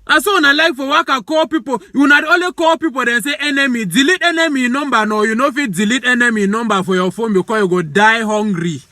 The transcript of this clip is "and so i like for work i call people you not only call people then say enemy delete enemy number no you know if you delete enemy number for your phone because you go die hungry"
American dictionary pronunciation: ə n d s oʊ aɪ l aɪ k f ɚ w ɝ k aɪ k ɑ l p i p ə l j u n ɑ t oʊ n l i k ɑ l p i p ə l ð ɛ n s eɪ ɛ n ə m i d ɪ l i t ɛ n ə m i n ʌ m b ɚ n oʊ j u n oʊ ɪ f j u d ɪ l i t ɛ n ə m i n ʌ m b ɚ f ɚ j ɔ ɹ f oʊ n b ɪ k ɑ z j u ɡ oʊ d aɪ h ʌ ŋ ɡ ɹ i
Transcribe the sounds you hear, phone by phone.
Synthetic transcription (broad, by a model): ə s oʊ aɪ l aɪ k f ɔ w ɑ k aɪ k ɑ p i p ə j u n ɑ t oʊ l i k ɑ p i p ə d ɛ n s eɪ ɛ n ə m i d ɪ l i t ɛ n ə m i n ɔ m b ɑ n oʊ j u n oʊ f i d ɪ l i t ɛ n ə m i n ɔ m b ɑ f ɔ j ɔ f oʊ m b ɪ k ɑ j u ɡ oʊ d aɪ h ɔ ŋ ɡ ɹ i